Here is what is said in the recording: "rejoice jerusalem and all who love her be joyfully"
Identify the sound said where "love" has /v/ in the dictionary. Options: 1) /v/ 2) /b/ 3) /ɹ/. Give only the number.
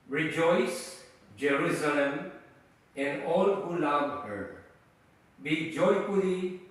2